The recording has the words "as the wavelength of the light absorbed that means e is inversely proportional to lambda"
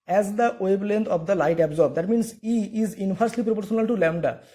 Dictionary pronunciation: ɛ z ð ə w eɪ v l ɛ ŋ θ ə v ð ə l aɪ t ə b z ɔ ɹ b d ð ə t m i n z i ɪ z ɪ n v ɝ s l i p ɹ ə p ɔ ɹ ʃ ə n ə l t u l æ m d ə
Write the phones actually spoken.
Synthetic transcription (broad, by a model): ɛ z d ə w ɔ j l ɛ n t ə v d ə l aɪ t ə b z ɔ ɹ b d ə t m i n s i ɪ z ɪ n f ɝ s l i p ɹ ə p ɔ ɹ ʃ ə n ə l t u l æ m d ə